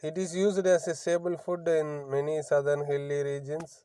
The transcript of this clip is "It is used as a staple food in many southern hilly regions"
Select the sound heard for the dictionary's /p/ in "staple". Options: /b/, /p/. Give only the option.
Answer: /b/